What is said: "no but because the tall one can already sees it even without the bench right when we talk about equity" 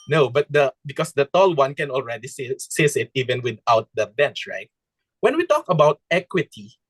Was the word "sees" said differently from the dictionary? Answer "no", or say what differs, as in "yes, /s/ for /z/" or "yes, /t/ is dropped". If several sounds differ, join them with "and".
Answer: yes, /s/ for /z/